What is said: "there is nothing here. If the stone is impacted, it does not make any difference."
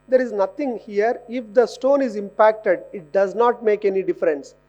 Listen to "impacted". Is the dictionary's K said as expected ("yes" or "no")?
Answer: yes